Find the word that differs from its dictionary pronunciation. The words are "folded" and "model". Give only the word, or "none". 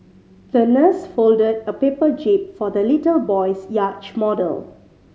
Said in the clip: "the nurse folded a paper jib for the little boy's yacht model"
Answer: none